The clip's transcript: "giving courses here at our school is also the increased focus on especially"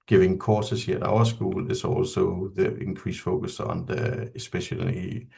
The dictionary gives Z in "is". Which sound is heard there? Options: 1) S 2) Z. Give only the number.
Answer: 1